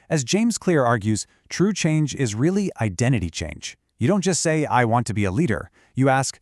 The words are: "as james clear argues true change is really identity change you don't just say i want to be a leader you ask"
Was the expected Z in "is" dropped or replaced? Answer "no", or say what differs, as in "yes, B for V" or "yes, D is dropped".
no